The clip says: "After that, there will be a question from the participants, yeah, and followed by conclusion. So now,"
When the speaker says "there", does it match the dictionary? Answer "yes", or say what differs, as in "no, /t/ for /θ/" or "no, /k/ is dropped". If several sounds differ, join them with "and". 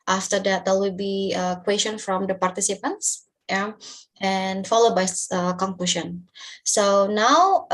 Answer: no, /l/ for /ɹ/